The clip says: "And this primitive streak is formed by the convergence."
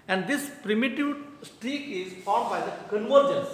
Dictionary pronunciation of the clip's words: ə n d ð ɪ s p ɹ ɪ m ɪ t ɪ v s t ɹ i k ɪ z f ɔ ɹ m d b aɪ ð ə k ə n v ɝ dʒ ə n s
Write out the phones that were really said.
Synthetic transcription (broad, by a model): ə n d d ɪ s p ɹ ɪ m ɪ t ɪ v s t i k ɪ z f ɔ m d b aɪ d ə k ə n v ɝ dʒ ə n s